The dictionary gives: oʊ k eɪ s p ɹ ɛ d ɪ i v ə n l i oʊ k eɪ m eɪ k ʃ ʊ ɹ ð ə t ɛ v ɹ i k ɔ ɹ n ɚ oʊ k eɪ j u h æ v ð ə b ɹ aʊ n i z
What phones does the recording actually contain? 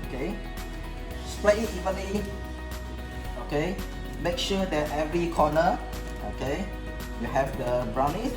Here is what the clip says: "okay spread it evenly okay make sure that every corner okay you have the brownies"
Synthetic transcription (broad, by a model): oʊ k eɪ s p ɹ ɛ ɪ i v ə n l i oʊ k eɪ m eɪ k ʃ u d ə t ɛ v ɹ i k ɔ n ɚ oʊ k eɪ j u h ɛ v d ə b ɹ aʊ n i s